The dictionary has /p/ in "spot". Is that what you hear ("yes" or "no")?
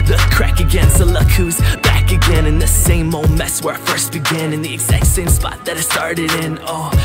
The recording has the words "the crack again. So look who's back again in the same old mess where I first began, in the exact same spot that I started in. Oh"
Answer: yes